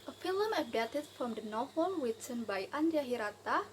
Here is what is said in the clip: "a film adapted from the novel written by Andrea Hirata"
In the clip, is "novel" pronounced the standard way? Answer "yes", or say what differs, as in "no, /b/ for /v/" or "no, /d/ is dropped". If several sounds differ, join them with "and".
no, /v/ is dropped